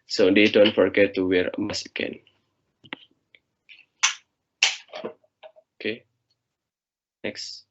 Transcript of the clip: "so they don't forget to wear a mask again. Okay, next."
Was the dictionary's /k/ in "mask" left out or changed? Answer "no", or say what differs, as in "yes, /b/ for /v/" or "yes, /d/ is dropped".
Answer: yes, /k/ is dropped